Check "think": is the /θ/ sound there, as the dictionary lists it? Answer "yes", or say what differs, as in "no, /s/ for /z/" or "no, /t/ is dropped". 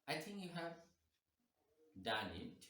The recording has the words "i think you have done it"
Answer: no, /t/ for /θ/